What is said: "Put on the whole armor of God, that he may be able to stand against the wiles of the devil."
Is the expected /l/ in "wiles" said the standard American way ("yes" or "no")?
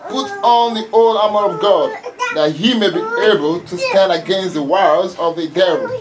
no